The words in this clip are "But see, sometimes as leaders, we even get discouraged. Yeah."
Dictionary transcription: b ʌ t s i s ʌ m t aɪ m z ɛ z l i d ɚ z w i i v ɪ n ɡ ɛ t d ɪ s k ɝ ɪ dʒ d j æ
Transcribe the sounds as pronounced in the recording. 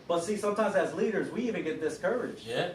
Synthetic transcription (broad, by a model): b ʌ t s i s ʌ m t aɪ m z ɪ z l i d ɚ z w i i v ɪ n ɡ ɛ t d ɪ s k ɝ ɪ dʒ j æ